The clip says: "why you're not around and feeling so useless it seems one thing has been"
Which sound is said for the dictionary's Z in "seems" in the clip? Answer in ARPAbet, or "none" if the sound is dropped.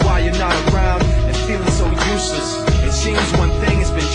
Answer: Z